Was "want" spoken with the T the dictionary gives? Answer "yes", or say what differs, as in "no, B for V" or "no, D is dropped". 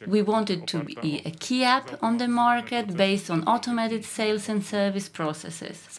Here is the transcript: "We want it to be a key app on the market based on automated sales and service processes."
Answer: yes